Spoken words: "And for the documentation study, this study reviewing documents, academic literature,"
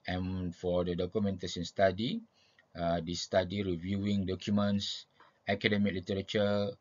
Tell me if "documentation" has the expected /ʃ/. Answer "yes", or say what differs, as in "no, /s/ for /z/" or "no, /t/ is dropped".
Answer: no, /s/ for /ʃ/